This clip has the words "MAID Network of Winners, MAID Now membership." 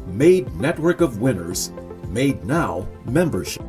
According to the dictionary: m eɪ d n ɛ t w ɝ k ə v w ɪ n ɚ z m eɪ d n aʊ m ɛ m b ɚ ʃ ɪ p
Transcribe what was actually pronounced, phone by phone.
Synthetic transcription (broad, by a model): m eɪ d n ɛ t w ɝ k ə v w ɪ n ɚ z m eɪ d n aʊ m ɛ m b ɚ ʃ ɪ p